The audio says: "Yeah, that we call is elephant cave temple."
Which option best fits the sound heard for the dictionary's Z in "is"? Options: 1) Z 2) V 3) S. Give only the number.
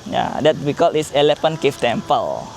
3